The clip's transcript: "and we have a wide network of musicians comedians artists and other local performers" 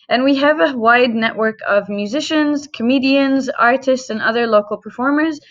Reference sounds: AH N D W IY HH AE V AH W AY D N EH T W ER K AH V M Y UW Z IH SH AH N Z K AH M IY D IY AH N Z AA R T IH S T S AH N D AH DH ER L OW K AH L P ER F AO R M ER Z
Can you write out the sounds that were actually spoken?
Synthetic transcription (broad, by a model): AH N W IY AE V AH W AY D N EH T W ER K AH V M Y UW Z IH SH AH N Z K AH M IY D IY AH N Z AA R T IH S T S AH N AH DH ER L OW K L P ER F AO R M ER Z